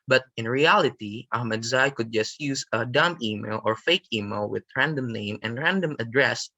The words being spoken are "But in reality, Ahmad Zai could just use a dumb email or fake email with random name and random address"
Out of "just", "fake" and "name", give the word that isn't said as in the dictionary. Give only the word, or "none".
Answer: none